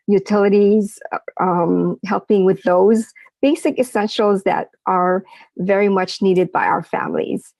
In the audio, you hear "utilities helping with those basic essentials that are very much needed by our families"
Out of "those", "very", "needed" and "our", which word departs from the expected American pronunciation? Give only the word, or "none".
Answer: none